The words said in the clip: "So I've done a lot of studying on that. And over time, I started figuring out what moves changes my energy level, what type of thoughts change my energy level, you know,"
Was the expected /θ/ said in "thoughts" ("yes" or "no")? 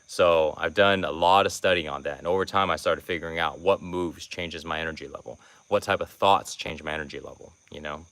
yes